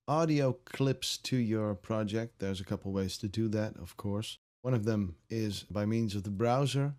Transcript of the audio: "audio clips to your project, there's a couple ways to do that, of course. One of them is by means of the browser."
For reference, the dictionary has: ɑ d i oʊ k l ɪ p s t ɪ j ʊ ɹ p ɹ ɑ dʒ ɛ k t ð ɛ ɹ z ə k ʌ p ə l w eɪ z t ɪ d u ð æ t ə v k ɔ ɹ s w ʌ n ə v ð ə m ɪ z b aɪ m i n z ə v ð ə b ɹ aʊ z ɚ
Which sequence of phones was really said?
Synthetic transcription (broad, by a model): ɑ d i oʊ k l ɪ p s t ɪ j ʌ ɹ p ɹ ɑ dʒ ɛ k t ð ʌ ɹ z ə k ʌ p l w eɪ z t ɪ d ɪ ð æ t ə v k ɔ ɹ s w ʌ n ə v ð ə m ɪ z b aɪ m i n z ə v ð ə b ɹ aʊ z ɚ